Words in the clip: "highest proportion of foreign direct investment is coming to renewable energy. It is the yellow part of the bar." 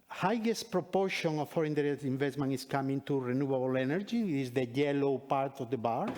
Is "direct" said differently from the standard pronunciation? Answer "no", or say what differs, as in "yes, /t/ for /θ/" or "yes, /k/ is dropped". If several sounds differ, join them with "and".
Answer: yes, /k/ is dropped